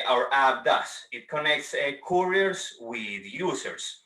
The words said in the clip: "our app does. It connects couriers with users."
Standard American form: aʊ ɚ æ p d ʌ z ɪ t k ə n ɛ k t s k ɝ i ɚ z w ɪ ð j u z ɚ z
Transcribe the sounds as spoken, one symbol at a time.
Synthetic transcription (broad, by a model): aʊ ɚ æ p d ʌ s ɪ t k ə n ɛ k t s k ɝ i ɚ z w ɪ ð j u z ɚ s